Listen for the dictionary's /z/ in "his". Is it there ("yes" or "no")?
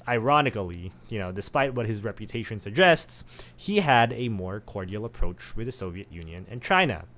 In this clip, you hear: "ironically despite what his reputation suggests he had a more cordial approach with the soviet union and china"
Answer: yes